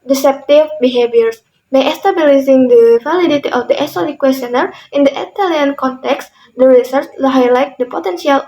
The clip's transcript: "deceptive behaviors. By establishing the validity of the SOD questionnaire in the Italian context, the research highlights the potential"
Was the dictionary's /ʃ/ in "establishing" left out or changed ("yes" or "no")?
yes